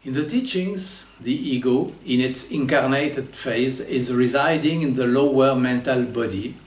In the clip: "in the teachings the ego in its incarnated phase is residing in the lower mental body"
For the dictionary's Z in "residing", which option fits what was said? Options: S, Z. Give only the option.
Z